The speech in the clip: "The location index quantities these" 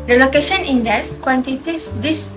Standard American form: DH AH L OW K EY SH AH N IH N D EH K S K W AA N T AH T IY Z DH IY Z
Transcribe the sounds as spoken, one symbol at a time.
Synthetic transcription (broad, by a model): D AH L OW K EY SH AH N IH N D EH S K W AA N T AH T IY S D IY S